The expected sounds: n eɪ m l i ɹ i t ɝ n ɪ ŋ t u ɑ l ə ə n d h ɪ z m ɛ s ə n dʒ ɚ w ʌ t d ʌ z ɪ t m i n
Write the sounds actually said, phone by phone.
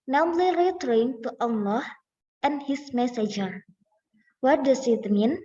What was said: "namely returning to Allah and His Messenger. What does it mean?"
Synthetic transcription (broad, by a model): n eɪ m l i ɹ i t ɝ ɪ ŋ t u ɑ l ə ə n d h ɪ s m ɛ s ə dʒ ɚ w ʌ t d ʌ s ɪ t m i n